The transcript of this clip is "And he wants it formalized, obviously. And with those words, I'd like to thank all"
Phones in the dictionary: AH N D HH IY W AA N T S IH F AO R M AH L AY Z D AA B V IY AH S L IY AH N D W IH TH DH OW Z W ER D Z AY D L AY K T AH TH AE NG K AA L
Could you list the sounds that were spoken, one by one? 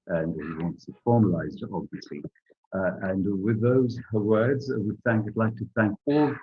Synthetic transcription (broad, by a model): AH N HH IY W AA N T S IH F AO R M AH L AY Z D AA B V IY AH S L IY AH N W IH DH OW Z W ER D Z AY D L AY K T AH TH AE NG K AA L